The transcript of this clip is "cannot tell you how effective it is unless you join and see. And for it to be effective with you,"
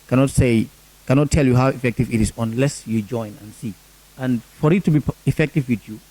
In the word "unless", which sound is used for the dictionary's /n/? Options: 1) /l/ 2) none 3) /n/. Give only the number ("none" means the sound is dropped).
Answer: 3